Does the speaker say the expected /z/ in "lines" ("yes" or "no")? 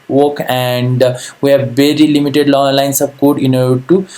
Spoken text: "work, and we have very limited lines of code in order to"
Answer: no